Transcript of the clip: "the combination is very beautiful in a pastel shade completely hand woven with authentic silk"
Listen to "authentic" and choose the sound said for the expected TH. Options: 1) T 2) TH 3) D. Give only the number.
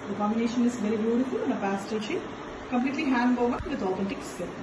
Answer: 1